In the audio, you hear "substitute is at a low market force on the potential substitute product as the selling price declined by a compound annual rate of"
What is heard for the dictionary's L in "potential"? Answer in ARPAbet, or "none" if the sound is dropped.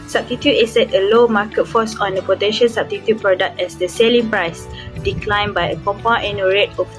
N